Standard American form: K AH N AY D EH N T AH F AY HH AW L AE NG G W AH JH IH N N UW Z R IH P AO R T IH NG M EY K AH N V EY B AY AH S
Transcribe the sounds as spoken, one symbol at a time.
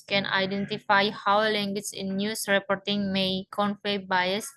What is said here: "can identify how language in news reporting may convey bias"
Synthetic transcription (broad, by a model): K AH N AY D EH N T AH F AY HH AW L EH NG G W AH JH IH N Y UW S R IH P AO R T IH NG M EY K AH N F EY B AY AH S